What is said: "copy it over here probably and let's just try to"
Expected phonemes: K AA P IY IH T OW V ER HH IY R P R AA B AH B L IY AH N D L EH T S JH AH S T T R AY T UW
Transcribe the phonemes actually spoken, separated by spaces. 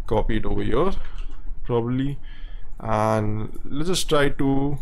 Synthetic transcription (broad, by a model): K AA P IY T OW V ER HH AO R P R AA B AH B L IY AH N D L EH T JH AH S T T R AY T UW